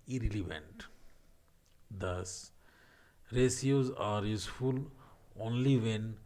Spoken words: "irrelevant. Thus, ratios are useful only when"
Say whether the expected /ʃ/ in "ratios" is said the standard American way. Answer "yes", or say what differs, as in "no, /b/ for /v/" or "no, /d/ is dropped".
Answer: no, /s/ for /ʃ/